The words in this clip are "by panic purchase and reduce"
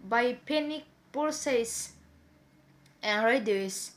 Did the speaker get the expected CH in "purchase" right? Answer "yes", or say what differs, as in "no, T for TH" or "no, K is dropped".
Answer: no, S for CH